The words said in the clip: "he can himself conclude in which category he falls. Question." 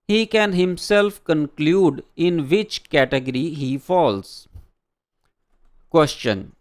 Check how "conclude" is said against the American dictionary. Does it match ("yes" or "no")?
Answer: yes